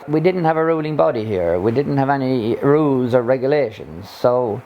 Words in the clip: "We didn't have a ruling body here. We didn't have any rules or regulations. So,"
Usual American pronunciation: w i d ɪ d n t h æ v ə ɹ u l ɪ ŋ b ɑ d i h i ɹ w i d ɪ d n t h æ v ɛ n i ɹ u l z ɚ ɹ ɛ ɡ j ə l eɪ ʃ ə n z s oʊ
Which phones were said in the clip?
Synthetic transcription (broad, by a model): w i d ɪ d n t h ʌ v ə ɹ u l ɪ ŋ b ɑ d i h i ɹ w i d ɪ d n t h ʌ v ɛ n i ɹ u l z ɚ ɹ ɛ ɡ j ə l eɪ ʃ ə n z s oʊ